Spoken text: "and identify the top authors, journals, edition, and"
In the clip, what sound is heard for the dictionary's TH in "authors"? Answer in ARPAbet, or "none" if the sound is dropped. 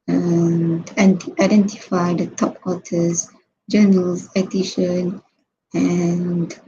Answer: T